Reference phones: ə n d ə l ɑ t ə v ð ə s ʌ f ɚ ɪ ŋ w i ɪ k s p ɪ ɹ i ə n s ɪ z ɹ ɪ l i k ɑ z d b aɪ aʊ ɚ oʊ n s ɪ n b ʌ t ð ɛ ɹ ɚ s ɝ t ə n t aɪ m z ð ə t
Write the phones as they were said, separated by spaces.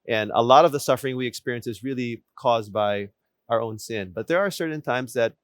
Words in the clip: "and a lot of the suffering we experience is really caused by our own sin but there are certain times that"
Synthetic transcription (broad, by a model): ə n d ə l ɑ t ə v ð ə s ʌ f ɚ ɪ ŋ w i ɪ k s p ɪ ɹ i ə n s ɪ z ɹ ɪ l i k ɑ z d b aɪ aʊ ɚ oʊ n s ɪ n b ʌ t ð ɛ ɹ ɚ s ɝ t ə n t aɪ m z ð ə t